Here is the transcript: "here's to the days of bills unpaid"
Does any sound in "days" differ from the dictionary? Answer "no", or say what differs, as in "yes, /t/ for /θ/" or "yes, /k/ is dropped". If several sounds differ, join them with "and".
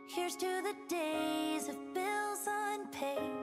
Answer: no